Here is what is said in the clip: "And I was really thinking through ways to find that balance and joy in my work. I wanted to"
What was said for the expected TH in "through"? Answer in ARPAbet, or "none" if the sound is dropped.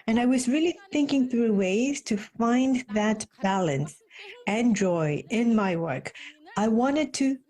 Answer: TH